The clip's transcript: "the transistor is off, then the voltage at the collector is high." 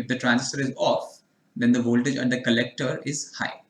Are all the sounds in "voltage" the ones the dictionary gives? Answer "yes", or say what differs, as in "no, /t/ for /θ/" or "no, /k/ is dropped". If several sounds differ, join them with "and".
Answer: yes